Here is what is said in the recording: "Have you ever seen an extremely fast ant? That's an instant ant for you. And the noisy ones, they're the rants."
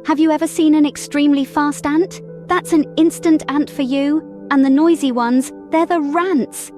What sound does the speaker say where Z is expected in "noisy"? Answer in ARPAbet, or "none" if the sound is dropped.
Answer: Z